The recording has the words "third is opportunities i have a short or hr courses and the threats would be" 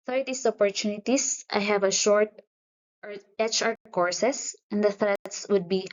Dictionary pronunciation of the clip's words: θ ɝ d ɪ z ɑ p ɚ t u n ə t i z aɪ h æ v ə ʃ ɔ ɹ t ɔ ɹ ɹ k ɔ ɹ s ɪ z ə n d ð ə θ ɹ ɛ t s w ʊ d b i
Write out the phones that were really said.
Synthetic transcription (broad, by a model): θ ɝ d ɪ s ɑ p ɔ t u n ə t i s aɪ h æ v ə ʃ ɔ ɹ t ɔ ɹ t k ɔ ɹ s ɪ s ə n d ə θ ɹ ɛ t s w ʊ d b i